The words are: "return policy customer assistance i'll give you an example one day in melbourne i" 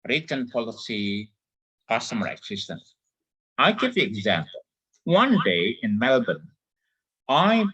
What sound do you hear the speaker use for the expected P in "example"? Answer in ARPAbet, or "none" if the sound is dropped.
P